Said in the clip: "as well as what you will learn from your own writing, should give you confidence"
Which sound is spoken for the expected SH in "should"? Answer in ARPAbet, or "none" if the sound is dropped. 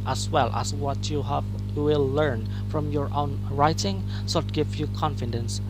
S